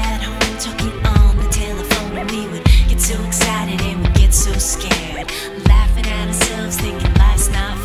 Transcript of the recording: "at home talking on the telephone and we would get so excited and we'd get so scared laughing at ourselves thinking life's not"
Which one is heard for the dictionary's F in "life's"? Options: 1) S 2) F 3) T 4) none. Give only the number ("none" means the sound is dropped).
4